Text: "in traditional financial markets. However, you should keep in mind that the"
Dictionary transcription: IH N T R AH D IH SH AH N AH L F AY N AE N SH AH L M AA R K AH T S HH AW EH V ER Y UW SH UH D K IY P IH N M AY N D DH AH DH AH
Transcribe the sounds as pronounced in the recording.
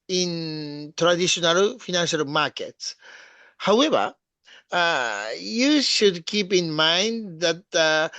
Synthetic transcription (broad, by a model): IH N T R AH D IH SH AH N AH L F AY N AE N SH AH L M AA R K AH T S HH AW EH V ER Y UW SH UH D K IY P IH N M AY N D DH AH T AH